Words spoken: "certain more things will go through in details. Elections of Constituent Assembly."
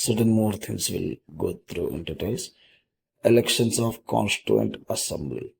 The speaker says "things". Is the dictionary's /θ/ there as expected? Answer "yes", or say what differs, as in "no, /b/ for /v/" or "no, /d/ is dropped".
no, /t/ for /θ/